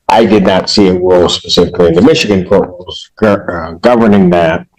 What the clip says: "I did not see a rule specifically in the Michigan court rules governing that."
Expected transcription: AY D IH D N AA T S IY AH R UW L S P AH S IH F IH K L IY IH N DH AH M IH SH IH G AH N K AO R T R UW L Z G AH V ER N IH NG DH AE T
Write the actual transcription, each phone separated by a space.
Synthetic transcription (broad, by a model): AY D IH D N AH T S IY AH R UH L S P AH S IH F IH K L IY IH N DH AH M IH SH IH G AH N K AO R T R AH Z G G AH V ER N IH NG DH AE T